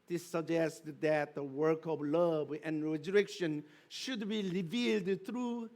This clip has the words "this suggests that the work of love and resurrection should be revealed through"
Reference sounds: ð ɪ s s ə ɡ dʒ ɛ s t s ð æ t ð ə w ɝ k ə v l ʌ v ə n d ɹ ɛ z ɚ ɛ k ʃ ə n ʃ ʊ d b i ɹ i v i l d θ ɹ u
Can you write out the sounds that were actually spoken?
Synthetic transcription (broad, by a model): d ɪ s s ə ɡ dʒ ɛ s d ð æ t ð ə w ɝ k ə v l ʌ v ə n ɹ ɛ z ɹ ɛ k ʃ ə n ʃ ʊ d b i ɹ i v i l d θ ɹ u